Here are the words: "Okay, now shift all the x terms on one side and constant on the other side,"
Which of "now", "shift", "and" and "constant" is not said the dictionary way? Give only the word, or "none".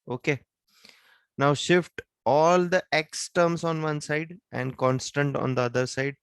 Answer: none